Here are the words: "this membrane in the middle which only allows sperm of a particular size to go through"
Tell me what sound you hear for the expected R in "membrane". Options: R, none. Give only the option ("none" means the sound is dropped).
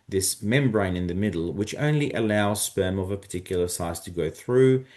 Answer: R